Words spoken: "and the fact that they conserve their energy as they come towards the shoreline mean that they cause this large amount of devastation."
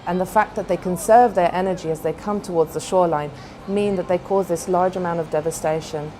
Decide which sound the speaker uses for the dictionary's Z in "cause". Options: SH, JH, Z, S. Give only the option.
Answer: Z